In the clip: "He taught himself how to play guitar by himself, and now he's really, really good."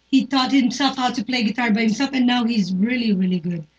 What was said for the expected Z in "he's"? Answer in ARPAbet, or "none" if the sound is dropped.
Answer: Z